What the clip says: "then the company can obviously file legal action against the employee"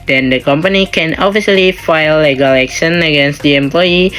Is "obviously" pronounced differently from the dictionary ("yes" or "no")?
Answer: yes